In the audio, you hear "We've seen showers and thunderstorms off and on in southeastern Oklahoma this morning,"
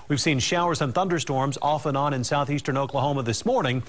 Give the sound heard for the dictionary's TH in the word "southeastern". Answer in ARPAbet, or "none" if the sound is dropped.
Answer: TH